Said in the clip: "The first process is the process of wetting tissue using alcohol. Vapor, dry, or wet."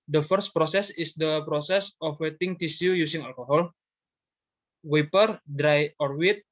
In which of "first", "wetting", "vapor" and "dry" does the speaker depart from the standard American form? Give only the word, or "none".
vapor